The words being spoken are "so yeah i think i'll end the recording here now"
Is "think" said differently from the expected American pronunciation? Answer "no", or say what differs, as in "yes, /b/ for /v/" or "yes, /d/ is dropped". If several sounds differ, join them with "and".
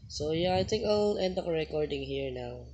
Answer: yes, /t/ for /θ/